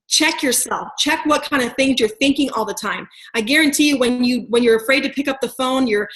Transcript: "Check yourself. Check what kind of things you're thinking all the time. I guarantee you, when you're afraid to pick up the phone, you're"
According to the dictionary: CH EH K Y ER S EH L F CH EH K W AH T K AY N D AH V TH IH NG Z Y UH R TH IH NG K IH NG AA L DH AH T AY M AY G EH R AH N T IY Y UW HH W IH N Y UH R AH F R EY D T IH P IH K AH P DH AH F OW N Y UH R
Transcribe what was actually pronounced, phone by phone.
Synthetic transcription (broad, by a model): CH EH K Y ER S EH L F CH EH K W AH T K AY N D AH V TH IH NG Z Y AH R TH IH NG K IH NG AA L DH AH T AY M AY G EH R AH N T IY Y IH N W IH N Y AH R AH F R EY D T IH P IH K AH P DH AH F OW N Y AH R